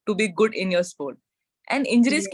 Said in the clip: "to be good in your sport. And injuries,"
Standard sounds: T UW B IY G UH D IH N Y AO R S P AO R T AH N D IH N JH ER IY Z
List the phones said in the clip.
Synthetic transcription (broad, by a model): T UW B IY G UH D IH N Y AO R S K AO L T AH N D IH N JH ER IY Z